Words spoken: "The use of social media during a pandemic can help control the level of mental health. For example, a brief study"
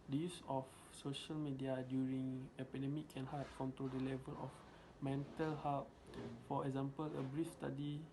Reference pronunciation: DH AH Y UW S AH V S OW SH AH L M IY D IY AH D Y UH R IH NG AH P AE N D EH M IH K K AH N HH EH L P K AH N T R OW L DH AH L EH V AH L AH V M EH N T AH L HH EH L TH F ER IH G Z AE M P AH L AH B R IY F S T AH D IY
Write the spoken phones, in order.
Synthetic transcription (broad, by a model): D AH Y UW S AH F S OW SH AH L M IY D IY AH D Y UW R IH NG AH P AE D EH M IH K K AH N HH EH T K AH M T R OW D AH L EH V AH L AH F M EH N T AH L HH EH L T F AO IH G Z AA M P AH L AH B R IY F S T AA D IY